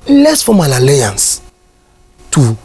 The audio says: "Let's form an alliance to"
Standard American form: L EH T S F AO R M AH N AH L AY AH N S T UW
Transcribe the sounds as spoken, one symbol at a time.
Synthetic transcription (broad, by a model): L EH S F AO M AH L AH L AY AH N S T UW